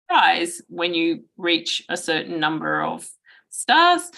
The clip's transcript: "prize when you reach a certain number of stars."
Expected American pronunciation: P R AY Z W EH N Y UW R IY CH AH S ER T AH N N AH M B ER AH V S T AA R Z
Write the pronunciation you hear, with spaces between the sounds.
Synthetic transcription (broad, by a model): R AY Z W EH N Y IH R IY CH AH S ER T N N AH M B ER AH V S T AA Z